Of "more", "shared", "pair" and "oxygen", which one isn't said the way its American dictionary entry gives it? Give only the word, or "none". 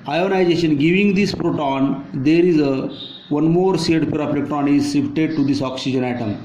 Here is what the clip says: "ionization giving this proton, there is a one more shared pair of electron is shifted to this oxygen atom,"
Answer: shared